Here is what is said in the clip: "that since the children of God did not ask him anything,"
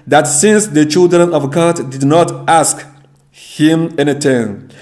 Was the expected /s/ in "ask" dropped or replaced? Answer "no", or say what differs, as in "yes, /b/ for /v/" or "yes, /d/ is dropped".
no